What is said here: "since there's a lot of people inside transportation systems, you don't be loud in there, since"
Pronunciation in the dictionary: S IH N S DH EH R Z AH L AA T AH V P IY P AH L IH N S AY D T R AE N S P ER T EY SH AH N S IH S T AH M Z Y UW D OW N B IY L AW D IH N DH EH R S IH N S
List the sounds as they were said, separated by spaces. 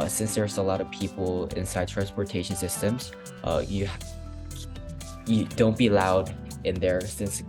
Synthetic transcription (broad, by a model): S IH N S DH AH R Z AH L AA T AH V P IY P L IH N S AY D T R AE N S P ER T EY SH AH N S IH S T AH M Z Y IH D OW N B IY L AW D IH N DH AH R S IH N S